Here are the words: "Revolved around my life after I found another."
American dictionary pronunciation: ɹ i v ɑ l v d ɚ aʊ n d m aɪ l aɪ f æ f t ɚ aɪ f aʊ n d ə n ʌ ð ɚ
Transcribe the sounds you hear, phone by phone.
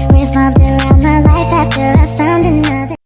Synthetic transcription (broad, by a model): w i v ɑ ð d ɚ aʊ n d m aɪ l aɪ f æ f t ɚ aɪ f aʊ n d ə n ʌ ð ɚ